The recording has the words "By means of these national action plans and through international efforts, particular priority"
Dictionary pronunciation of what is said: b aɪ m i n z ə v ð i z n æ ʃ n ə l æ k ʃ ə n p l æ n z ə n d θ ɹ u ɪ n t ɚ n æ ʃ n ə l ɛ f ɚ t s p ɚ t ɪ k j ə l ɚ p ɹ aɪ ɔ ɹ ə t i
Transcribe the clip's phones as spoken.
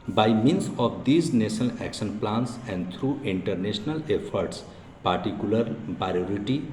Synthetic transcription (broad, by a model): b aɪ m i n s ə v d i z n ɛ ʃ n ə l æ k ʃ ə n p l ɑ n s ə n d t ɹ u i n t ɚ n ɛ s n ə l ɛ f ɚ t s p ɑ t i k j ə l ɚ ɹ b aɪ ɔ ɹ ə t i